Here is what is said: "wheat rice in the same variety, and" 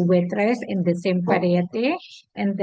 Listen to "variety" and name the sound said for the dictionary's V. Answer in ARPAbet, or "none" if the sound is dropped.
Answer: P